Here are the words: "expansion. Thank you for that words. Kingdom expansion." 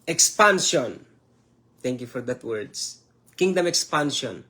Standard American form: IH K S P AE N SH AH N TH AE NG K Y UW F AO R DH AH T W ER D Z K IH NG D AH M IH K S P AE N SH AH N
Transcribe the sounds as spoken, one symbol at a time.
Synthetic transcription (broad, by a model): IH K S P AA N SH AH N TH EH NG K Y UW F AO R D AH T W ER D S K IH NG D AH M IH K S P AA N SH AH N